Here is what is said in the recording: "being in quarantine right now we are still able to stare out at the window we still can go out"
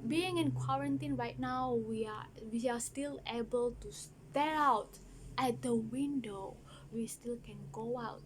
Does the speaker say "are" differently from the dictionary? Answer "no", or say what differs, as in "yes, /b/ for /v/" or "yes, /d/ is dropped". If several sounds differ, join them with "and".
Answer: yes, /w/ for /ɹ/